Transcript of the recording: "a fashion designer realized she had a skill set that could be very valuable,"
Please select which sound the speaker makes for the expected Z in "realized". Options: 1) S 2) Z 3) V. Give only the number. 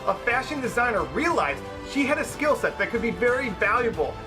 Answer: 2